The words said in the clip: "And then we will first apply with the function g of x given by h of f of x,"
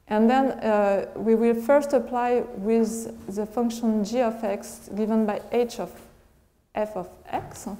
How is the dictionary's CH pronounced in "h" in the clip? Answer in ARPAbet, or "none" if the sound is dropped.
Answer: CH